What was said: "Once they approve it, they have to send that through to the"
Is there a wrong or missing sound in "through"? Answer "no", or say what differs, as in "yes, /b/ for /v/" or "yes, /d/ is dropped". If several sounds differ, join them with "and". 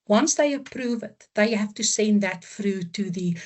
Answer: yes, /f/ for /θ/